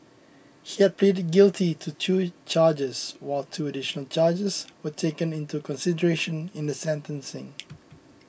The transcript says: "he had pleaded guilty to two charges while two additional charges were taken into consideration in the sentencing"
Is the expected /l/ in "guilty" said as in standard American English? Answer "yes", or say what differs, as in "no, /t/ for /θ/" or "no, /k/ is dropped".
yes